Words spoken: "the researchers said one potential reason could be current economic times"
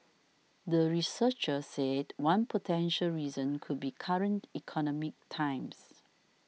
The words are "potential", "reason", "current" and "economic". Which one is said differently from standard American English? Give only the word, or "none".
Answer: none